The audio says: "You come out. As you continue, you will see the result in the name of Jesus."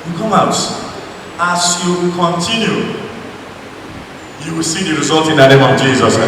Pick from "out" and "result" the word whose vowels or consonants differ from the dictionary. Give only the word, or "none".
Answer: none